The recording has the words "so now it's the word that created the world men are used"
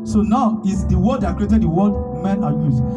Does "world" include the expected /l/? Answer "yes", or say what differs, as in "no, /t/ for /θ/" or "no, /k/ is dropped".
no, /l/ is dropped